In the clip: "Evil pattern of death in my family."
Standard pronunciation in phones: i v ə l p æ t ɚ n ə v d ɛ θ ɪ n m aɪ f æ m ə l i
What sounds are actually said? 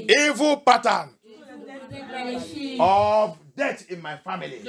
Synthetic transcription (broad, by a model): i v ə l p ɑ t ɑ n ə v d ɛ t ɪ n m aɪ f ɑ m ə l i